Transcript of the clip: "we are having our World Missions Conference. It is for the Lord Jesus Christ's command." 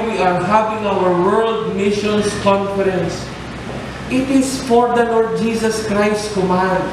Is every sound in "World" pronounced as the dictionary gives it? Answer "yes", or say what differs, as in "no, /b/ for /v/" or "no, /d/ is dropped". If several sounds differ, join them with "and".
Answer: yes